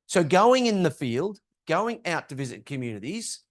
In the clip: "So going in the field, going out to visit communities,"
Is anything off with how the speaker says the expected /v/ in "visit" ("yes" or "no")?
no